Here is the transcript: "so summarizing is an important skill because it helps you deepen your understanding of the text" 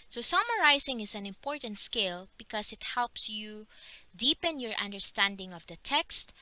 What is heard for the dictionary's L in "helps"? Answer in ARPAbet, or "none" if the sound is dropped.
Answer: L